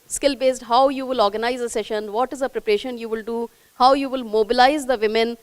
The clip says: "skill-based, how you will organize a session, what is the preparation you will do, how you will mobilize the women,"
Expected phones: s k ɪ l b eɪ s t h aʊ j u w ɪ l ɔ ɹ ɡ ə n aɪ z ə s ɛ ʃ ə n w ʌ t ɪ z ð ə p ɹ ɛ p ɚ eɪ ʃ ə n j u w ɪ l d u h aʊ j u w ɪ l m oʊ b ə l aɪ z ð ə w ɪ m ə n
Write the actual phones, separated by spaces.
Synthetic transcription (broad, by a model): s k ɪ l b eɪ s t h aʊ j u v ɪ l ɔ ɹ ɡ ə n aɪ z ə s ɛ ʃ ə n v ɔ t ɪ z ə p ɹ ɛ p ɚ eɪ ʃ ə n j u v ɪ l d u h aʊ j u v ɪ l m oʊ b ə l aɪ z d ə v ɪ m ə n